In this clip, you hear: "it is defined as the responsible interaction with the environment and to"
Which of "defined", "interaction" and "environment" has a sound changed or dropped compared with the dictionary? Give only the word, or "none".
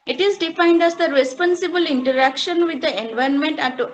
environment